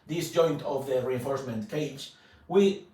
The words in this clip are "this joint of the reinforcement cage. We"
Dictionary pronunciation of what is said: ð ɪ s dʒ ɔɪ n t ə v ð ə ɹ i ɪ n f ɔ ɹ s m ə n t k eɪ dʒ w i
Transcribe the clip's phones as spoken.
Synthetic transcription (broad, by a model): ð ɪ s dʒ ɔɪ n t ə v ð ə ɹ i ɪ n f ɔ ɹ s m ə n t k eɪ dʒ w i